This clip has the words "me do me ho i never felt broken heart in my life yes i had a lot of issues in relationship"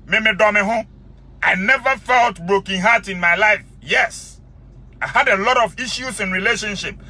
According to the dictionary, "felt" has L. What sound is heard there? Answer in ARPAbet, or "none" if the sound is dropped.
L